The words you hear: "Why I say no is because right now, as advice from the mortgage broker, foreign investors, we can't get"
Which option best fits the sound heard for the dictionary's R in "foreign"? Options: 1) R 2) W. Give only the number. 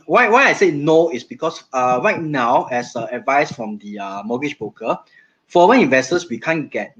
2